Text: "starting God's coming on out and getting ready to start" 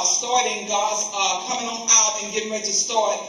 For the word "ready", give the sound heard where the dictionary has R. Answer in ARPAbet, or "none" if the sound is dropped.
W